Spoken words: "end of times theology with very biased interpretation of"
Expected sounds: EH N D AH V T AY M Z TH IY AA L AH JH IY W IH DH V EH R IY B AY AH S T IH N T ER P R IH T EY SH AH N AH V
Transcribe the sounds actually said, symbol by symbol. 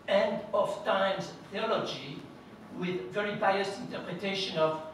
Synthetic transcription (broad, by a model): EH N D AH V T AY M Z TH IY AA L AH JH IY W IH DH V EH R IY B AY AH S IH N T ER P R IH T EY SH AH N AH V